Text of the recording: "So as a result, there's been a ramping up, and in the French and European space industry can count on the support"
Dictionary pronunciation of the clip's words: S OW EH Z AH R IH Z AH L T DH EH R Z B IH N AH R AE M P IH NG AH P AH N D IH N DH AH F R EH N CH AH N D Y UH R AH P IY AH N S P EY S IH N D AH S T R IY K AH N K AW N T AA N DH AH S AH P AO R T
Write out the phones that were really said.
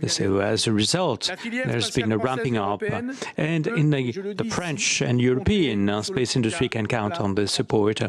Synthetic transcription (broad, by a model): S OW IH Z AH R IH Z AH L T DH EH R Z B IH N AH R AE M P IH NG AH P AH N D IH N DH AH F R EH N CH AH N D Y UH R AH P IY AH N S P EY S IH N D AH S T R IY K AH N K AW N T N DH AH S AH P AO R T